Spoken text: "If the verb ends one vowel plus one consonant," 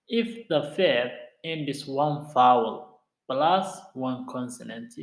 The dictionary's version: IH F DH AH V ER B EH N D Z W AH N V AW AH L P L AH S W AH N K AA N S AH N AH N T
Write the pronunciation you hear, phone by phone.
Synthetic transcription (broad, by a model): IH F DH AH F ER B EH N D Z W AH N F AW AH L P L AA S W AH N K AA N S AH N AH N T